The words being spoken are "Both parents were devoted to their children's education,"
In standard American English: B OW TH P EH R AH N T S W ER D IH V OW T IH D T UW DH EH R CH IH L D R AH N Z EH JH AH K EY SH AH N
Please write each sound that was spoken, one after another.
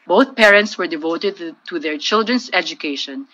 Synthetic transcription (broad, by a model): B OW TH P EH R AH N T S W ER D IH V OW T IH D T UW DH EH R CH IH L D R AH N S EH JH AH K EY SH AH N